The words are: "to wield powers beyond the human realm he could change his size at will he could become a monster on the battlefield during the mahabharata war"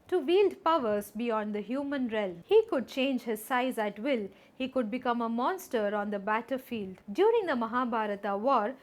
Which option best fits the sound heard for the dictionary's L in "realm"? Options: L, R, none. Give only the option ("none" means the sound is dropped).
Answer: L